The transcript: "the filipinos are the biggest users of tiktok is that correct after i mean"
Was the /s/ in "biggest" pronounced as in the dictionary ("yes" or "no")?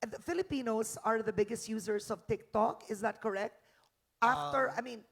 yes